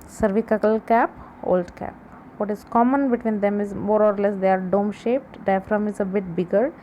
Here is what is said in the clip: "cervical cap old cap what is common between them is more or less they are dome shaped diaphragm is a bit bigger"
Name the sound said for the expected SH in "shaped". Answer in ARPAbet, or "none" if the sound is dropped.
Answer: SH